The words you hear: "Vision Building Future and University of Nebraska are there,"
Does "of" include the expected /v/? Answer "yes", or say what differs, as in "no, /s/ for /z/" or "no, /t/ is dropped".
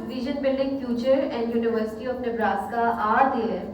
no, /p/ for /v/